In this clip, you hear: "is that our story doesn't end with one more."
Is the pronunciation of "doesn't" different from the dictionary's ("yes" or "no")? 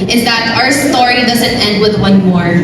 no